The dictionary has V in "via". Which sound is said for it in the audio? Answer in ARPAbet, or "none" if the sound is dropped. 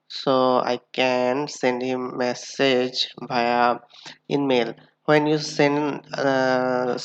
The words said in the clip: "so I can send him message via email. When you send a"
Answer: B